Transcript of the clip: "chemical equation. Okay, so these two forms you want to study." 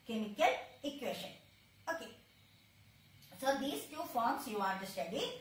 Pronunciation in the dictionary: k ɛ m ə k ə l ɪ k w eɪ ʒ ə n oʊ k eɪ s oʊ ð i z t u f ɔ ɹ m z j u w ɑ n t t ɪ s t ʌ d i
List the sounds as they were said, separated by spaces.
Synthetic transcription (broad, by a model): k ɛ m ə k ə l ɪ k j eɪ ʃ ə n oʊ k eɪ s oʊ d i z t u f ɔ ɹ m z j u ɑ t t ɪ s t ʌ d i